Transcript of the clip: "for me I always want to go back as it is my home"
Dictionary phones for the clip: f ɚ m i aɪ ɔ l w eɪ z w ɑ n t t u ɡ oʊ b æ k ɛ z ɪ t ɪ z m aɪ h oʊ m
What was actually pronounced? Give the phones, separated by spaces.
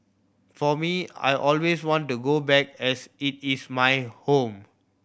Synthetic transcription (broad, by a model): f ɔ m i aɪ ɔ l w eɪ s w ɑ n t t u ɡ oʊ b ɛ k ɛ s ɪ t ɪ s m aɪ h oʊ m